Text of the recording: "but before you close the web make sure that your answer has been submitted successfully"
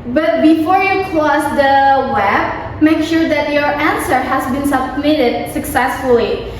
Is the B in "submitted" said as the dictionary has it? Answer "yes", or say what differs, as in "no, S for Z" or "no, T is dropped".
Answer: yes